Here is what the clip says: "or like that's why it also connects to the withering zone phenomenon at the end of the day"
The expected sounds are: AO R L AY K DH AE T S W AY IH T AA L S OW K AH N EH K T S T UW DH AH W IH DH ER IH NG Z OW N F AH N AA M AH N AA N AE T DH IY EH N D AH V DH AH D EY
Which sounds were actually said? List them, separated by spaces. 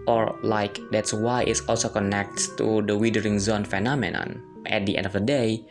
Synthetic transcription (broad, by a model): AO R L AY K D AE T S W AY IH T AA L S OW K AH N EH K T T UW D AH W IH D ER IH NG Z OW N F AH N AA M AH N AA N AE T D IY EH N D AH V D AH D EY